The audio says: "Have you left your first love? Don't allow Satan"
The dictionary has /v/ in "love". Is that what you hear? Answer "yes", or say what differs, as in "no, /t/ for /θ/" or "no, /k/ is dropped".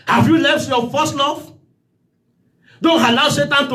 no, /f/ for /v/